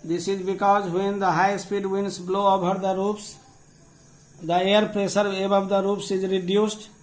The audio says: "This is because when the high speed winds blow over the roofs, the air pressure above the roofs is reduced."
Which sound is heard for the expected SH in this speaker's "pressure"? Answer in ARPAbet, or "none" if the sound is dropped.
S